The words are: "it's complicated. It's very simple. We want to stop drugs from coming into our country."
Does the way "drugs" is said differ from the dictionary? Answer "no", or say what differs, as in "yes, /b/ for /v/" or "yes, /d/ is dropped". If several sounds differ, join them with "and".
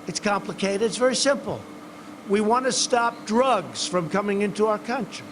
no